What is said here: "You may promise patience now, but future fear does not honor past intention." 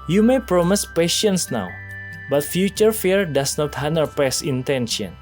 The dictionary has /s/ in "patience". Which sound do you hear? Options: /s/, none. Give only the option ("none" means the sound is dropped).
/s/